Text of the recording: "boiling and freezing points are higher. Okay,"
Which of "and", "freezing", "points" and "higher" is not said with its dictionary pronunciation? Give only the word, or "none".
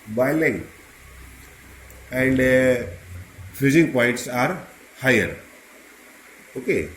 freezing